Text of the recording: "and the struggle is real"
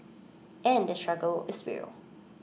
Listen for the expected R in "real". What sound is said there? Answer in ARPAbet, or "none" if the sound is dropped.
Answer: W